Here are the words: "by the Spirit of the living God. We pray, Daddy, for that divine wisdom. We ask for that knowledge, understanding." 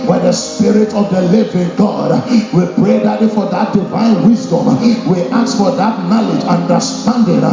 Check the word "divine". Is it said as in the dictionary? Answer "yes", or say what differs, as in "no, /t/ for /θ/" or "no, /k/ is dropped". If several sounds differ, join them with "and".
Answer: yes